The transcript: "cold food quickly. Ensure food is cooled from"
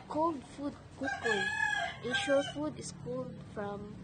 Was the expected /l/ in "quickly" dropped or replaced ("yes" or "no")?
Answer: yes